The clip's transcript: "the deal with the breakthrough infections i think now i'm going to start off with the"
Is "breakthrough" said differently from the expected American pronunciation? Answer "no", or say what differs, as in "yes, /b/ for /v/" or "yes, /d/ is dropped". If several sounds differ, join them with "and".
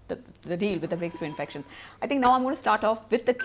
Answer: yes, /s/ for /θ/